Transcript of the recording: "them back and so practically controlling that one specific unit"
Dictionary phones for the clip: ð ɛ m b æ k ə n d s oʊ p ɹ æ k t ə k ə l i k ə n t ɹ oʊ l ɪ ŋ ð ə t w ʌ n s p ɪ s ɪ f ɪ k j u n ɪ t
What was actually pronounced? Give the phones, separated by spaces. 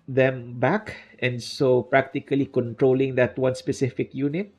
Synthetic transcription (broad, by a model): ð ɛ m b æ k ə n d s oʊ p ɹ æ k t ə k ə l i k ə n t ɹ oʊ l ɪ ŋ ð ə t w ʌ n s p ɪ s ɪ f ɪ k j u n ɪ t